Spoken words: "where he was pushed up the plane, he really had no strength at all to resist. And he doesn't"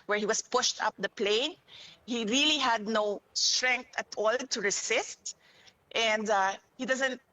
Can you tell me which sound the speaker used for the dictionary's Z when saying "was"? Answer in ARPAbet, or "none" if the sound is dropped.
S